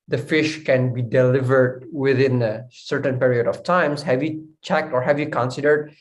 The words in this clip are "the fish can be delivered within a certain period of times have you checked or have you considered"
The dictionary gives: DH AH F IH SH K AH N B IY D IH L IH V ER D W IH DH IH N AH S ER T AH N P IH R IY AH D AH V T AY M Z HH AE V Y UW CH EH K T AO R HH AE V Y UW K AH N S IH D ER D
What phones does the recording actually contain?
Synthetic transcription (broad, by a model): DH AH F IH SH K AH N B IY D IH L IH V ER D W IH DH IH N AH S ER T AH N P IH R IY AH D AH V T AY M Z HH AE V Y UW CH EH K T AO R HH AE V Y UW K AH N S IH D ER D